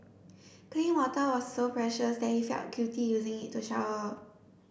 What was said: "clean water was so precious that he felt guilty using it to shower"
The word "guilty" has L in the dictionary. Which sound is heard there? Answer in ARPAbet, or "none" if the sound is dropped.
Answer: none